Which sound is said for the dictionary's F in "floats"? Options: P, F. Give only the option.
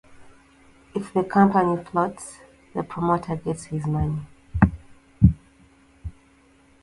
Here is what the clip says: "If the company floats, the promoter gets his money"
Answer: P